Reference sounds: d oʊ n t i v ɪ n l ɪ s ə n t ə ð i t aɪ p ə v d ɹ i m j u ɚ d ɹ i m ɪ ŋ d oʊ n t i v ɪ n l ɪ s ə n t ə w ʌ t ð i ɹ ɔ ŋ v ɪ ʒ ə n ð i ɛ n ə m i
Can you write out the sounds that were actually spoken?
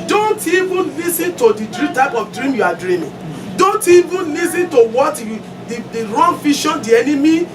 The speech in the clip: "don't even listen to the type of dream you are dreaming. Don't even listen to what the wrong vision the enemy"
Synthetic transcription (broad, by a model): d oʊ n t i v ɪ n l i s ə n t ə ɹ i t aɪ p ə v d ɹ i m j u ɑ d ɹ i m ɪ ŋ d oʊ n t i v ɪ n l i s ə n t ə w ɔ t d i ɹ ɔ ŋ f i ʃ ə n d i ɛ n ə m i